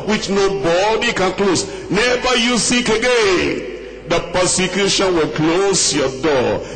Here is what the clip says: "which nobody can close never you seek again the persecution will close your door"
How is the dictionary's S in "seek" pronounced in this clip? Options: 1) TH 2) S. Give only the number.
2